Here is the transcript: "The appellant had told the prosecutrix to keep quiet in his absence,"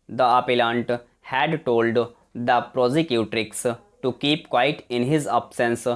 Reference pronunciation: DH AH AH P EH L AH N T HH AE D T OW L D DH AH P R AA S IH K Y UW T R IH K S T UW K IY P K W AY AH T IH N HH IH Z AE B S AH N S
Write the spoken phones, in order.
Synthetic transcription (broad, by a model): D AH AH P EH L AH N T HH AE D T OW L D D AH P R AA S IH K Y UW T R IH K S T UW K IY P K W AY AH T IH N HH IH Z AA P S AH N S